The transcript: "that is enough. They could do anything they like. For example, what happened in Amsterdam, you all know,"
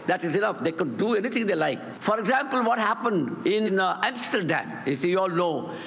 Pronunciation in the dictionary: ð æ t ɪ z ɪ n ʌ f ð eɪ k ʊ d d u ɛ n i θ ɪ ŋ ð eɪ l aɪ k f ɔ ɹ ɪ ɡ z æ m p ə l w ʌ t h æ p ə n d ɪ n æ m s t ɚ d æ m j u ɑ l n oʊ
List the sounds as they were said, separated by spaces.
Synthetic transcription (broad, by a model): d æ t ɪ z ɪ n ʌ f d eɪ k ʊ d d u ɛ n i t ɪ ŋ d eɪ l aɪ k f ɔ ɹ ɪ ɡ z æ m p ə l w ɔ t h æ p ə n d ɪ n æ m s t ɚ d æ m j u ɑ l n oʊ